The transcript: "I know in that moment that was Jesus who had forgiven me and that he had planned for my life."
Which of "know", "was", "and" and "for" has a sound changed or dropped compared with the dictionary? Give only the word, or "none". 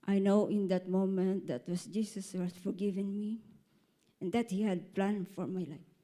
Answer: was